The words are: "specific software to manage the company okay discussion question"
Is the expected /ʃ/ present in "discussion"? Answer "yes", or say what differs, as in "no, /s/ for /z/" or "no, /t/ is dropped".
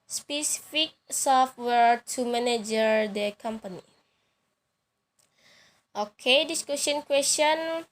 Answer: no, /s/ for /ʃ/